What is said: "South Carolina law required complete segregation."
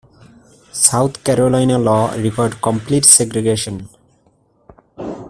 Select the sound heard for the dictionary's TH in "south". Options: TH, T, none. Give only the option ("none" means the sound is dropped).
T